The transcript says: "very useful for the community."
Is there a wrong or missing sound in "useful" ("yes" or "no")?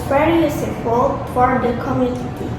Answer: yes